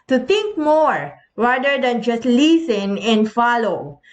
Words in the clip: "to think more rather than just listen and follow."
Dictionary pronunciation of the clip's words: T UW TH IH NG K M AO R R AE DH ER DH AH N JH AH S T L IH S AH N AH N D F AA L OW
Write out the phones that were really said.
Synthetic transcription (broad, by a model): T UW T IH NG K M AO R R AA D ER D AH N JH AH S T L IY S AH N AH N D F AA L OW